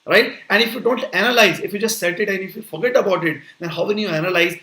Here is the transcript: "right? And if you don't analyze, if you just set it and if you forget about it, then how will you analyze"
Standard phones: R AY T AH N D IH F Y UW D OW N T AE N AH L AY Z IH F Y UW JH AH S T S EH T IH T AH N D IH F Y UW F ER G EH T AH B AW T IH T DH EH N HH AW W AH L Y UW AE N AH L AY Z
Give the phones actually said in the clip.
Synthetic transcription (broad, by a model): R AY T AH N D IH F Y UW D OW N T AE N AH L AY Z IH F Y UW JH AH S T S EH T IH T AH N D IH F Y UW F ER G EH T AH B AW T IH T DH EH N HH AW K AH N Y UW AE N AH L AY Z